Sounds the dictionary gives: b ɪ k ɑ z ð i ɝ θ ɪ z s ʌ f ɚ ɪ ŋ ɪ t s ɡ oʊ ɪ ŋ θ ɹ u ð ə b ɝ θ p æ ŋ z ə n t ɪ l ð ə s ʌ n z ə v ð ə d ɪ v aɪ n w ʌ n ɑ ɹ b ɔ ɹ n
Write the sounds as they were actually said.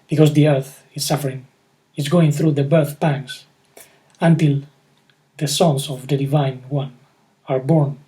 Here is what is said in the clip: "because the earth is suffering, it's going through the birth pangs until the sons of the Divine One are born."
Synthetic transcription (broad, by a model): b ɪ k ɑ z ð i ɝ θ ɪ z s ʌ f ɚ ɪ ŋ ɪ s ɡ oʊ ɪ ŋ θ ɹ u ð ə b ɝ θ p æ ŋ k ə n t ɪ l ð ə s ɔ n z ə v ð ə d ɪ v aɪ n w ʌ n ɑ ɹ b ɔ ɹ n